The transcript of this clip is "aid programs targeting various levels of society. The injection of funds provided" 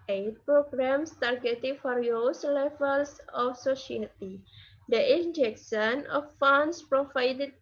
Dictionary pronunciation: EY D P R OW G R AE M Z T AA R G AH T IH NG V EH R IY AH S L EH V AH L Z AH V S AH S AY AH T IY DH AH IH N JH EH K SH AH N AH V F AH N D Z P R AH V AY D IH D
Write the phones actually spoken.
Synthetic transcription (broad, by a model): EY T P R OW G R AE M S T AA R G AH T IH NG F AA R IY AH S L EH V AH L S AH F S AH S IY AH T IY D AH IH N JH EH K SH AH N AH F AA N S P R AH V AY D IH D